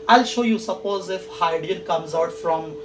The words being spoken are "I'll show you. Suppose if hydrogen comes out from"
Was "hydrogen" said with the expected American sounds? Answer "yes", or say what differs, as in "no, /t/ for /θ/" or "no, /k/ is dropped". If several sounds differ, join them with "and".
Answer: no, /ɹ/ is dropped and /dʒ/ is dropped